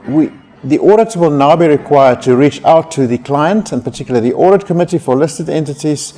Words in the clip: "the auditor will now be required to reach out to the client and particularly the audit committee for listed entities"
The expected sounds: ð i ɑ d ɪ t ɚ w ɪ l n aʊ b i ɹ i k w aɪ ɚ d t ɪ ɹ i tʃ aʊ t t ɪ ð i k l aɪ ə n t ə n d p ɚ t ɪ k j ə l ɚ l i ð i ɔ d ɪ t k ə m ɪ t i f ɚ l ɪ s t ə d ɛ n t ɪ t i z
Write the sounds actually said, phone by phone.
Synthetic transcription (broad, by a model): ð i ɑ d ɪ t w ɪ l n aʊ b i ɹ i k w aɪ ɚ d t ɪ ɹ i tʃ aʊ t t ɪ ð i k l aɪ ə n t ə n p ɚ t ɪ k j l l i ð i ɔ d ɪ t k ə m ɪ t i f ɚ l ɪ s t ə d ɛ n t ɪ t i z